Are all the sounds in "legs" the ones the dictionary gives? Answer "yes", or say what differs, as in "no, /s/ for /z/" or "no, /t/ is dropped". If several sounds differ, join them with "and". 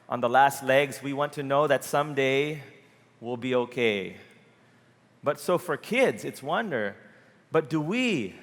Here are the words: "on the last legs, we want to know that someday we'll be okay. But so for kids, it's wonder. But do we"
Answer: yes